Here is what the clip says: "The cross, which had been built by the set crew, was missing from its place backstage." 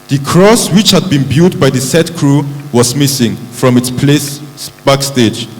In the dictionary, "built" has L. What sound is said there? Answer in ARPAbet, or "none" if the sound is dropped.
none